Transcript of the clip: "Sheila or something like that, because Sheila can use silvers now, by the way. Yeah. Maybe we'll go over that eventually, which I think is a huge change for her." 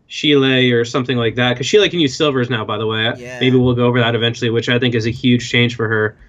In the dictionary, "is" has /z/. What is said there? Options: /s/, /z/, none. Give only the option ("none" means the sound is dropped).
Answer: /z/